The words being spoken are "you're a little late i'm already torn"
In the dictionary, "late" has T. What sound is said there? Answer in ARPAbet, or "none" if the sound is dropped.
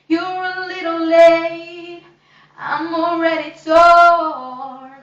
none